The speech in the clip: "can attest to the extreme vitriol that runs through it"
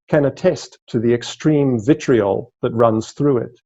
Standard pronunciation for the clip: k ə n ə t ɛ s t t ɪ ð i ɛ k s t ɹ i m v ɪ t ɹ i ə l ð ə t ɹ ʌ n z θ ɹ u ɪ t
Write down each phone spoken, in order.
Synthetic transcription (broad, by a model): k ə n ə t ɛ s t t ɪ ð i ɛ k s t ɹ i m v ɪ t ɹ i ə l ð ə t ɹ ʌ n z θ ɹ u ɪ t